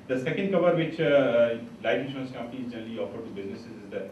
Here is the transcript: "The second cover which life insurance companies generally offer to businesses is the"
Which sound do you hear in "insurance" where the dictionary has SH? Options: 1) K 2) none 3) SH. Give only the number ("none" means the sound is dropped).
2